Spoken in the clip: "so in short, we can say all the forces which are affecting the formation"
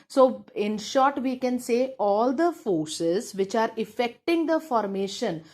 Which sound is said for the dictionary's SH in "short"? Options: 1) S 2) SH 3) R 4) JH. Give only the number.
2